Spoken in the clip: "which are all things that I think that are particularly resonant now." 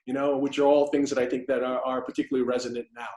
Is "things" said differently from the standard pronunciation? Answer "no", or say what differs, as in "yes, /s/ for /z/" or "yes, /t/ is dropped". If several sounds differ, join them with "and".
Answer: no